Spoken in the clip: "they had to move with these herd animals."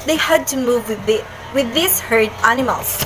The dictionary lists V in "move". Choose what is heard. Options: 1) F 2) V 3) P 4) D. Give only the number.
2